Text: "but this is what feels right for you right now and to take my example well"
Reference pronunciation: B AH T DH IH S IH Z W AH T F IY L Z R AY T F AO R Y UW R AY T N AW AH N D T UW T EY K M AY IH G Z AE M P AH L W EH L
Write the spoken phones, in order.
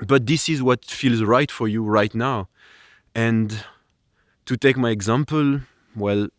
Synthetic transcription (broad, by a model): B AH T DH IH S IH Z W AH T F IY L Z R AY T F AO R Y UW R AY T N AW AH N T UW T EY K M AY IH G Z AE M P AH L W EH L